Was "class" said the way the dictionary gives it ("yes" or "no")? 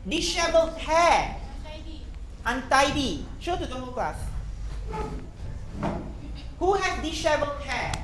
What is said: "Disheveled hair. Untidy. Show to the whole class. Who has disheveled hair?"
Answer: no